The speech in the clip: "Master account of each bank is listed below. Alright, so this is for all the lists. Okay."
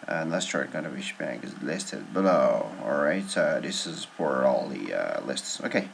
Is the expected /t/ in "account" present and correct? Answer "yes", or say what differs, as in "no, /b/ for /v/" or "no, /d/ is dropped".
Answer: no, /t/ is dropped